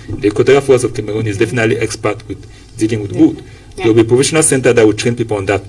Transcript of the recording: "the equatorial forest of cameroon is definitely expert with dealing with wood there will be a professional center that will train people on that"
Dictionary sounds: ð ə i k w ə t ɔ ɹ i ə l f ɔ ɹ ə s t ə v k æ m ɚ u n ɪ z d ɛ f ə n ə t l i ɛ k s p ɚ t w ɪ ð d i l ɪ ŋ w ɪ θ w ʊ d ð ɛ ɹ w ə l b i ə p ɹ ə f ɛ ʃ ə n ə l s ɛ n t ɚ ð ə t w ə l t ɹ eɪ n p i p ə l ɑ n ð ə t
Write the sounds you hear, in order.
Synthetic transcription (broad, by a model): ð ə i k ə t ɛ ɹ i f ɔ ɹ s ə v k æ m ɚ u n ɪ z d ɛ f ə n ə t l i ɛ k s p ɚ t w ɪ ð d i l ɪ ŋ w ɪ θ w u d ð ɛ w ə l b i ə p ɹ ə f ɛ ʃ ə n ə l s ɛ n t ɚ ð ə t w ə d t ɹ eɪ n p i p ə l ɑ n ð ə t